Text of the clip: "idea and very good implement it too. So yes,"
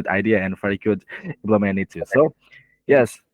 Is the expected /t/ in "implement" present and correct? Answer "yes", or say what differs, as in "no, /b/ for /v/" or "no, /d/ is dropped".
no, /t/ is dropped